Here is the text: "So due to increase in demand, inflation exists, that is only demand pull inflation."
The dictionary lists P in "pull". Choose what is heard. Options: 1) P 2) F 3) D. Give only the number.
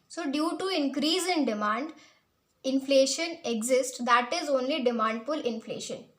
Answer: 2